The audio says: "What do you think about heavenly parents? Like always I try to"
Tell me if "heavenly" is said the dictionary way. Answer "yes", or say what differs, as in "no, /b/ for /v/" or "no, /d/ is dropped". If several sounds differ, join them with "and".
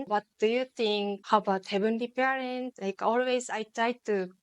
no, /b/ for /v/